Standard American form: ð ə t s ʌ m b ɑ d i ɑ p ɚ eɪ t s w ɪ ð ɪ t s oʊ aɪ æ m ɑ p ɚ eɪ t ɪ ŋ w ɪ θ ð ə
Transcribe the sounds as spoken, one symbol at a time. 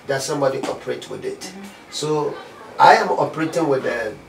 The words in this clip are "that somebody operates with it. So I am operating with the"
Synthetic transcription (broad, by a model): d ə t s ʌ m b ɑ d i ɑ p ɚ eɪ t w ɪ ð ɪ t s oʊ aɪ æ m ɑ p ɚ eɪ t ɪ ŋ w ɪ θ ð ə